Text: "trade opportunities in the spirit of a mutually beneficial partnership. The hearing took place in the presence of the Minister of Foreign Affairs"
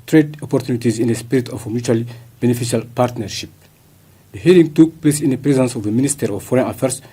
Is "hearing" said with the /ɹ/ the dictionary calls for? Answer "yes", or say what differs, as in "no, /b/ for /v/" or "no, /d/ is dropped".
no, /l/ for /ɹ/